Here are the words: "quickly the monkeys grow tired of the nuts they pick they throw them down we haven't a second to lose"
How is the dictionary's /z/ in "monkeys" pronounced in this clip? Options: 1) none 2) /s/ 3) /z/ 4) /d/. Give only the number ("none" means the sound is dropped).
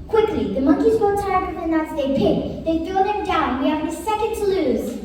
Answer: 3